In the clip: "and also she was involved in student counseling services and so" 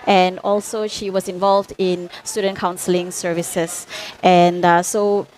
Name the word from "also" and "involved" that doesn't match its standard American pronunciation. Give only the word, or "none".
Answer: none